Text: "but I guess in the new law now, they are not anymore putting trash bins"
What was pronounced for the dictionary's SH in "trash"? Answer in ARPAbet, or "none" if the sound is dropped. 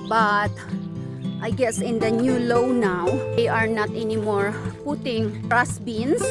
S